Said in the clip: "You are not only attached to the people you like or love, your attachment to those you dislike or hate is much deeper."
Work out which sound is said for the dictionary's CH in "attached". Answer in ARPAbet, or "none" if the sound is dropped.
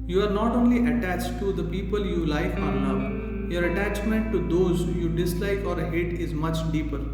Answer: CH